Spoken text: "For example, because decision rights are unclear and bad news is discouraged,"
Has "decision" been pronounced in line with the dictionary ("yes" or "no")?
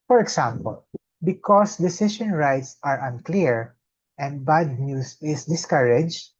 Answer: no